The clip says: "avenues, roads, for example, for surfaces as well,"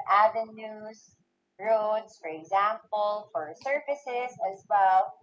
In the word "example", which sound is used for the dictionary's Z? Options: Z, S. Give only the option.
Z